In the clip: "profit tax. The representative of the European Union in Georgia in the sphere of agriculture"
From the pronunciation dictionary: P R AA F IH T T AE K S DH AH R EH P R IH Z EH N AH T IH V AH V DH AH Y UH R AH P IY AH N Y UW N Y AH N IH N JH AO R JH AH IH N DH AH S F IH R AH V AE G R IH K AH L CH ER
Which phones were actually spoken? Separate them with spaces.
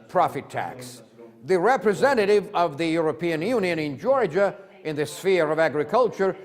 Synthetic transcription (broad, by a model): P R AA F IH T T AE K S DH AH R EH P R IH Z EH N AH T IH V AH V DH AH Y UH R AH P IY AH N Y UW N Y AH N IH N JH AO R JH AH IH N DH AH S F IH R AH V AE G R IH K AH L CH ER